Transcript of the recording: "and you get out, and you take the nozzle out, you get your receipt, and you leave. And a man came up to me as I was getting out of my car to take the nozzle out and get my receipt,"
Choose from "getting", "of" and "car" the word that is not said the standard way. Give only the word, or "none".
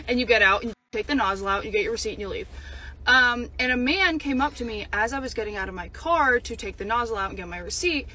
none